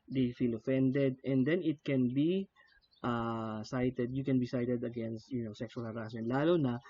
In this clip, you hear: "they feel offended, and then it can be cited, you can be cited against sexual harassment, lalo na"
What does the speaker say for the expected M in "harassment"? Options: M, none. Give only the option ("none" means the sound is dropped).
none